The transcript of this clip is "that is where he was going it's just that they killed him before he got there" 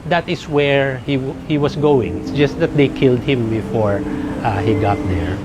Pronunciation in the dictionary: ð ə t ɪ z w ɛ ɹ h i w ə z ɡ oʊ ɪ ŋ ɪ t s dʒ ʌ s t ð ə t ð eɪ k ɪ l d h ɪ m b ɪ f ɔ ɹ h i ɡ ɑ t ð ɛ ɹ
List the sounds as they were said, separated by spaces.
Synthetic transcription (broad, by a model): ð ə t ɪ s w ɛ ɹ h i w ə s ɡ oʊ ɪ ŋ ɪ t s dʒ ʌ s t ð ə t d eɪ k ɪ l d h ɪ m b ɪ f ɔ ɹ h i ɡ ɑ t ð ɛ ɹ